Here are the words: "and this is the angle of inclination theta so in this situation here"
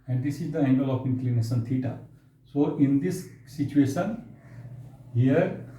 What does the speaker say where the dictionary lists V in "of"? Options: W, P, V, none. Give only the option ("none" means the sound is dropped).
P